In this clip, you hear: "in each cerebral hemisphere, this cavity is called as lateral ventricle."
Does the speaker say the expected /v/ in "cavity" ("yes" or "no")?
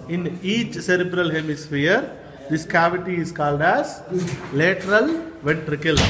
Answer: yes